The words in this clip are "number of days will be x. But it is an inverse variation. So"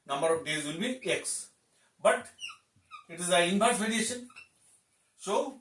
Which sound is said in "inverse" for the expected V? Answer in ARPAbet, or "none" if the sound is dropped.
B